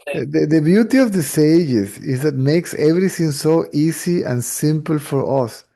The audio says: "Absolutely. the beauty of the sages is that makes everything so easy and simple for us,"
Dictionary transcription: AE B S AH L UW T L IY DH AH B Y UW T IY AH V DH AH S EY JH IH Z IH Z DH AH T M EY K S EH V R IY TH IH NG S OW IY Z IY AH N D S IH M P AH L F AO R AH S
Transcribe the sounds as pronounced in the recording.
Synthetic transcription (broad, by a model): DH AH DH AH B Y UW T IY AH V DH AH S EY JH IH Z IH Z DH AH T M EY K S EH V R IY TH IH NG S OW IY S IY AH N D S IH M P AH L F AO R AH S